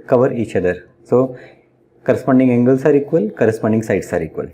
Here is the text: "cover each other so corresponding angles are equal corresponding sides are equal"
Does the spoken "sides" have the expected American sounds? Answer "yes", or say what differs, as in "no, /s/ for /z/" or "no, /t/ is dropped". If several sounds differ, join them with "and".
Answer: no, /s/ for /z/